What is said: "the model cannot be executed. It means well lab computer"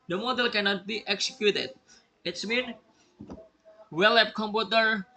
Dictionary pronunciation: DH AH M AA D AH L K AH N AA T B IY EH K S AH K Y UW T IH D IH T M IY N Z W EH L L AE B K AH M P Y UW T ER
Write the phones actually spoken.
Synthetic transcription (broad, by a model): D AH M AA D AH L K AH N AA T B IY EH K S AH K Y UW T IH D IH T M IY N W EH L L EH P K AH M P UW T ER